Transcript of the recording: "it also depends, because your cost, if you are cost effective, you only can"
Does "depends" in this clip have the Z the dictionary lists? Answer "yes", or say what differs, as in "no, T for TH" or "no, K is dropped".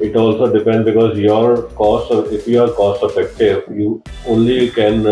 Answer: no, Z is dropped